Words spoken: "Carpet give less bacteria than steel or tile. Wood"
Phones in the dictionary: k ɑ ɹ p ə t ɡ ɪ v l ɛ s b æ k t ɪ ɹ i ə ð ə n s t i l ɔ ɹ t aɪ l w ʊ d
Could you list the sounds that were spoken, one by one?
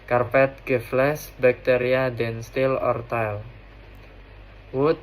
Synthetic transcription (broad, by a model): k ɑ ɹ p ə t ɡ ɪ f l ɛ s b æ k t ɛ ɹ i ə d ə n s t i l ɔ ɹ t aɪ l w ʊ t